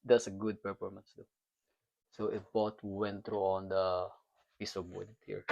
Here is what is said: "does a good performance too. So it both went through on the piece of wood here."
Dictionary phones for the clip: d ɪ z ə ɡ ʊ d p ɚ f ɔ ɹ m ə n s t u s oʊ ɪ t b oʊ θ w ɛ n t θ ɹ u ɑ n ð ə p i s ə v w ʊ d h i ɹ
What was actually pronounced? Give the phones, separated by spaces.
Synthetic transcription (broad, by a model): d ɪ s ə ɡ ʊ d p ɚ f ɔ ɹ m ə n s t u s oʊ ɪ t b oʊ t w ɛ n t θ ɹ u ɑ n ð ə p i s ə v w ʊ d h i ɹ